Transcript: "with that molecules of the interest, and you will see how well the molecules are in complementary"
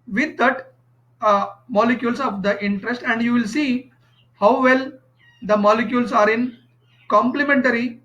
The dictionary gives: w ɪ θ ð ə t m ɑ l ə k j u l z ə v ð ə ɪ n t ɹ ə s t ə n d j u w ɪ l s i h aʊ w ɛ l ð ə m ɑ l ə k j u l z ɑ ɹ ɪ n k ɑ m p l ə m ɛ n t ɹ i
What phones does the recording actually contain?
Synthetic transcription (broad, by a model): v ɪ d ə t m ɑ l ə k j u l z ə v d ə ɪ n t ɹ ə s t ə n d j u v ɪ l s i h aʊ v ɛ l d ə m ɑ l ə k j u l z ɑ ɹ ɪ n k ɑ m p l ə m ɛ n t ɹ i